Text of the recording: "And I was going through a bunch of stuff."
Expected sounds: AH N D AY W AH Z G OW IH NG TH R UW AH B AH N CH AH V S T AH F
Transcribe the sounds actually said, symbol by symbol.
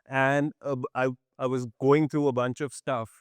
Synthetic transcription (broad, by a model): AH N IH AY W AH Z G OW IH NG T R UW AH B AH N CH AH V S T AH F